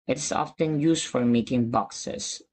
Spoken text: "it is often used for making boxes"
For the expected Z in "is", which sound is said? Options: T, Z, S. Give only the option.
S